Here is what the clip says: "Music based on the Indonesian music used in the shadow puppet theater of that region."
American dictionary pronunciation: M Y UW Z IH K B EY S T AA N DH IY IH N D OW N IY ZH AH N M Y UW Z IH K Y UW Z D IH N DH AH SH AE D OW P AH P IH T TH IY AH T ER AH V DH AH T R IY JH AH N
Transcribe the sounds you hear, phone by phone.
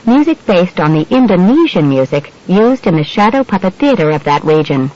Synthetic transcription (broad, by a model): M Y UW Z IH K B EY S T N DH IY IH N D OW N IY ZH AH N M Y UW Z IH K Y UW Z D IH N DH AH SH AE D OW P AH P IH T TH IY AH T ER AH V DH AH T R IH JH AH N